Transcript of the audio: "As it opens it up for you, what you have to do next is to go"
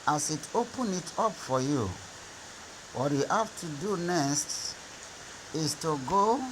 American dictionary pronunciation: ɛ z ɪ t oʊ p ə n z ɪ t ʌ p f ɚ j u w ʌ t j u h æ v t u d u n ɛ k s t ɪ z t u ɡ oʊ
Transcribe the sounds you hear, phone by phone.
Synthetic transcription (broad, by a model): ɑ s ɪ t oʊ p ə n ɪ t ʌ p f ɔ j u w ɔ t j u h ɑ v t u d u n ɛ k s t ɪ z t u ɡ oʊ